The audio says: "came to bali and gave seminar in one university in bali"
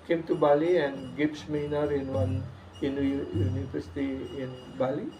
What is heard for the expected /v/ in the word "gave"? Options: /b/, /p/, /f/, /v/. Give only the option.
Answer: /p/